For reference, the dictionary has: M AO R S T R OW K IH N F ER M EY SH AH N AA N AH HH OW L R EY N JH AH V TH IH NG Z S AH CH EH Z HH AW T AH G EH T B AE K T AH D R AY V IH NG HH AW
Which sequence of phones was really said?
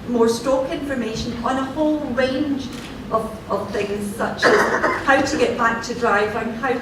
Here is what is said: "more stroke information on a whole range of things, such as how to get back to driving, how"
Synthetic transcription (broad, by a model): M AO R S T OW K IH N F ER M EY SH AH N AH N AH HH OW L R EY N JH AH V TH IH NG Z S AH CH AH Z HH AW T AH G EH T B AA K T AH D R AY V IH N HH AW